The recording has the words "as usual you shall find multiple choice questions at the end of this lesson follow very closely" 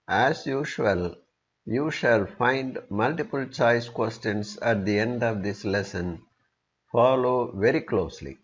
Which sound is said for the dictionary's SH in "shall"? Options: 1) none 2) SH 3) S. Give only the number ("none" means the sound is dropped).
2